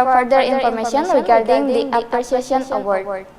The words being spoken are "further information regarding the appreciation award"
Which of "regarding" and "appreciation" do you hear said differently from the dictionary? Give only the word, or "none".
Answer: appreciation